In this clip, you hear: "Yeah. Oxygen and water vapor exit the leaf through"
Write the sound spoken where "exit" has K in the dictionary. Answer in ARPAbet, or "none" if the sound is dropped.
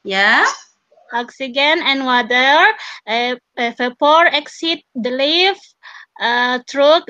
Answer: K